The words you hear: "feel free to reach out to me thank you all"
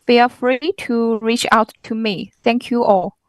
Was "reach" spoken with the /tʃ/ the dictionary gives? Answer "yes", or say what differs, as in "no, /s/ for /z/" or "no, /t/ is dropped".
yes